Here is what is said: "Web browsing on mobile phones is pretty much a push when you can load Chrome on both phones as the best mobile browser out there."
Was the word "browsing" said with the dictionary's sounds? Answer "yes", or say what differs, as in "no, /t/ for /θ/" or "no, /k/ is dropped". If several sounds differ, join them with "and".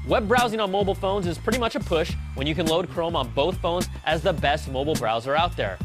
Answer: yes